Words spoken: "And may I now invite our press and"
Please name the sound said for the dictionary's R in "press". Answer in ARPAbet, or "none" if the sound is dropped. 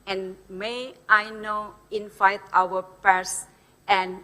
none